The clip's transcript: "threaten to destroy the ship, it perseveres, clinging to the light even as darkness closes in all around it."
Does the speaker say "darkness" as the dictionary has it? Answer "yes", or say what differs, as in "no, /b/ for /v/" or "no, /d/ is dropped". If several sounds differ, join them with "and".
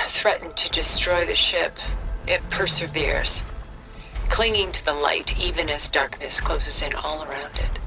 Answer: yes